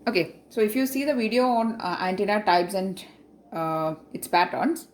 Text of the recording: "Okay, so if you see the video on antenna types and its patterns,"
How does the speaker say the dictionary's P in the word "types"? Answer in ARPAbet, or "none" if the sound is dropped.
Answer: B